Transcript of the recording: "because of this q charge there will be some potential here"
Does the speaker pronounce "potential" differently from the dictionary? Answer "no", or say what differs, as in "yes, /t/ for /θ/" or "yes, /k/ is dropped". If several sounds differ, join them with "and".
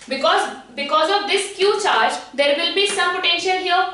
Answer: no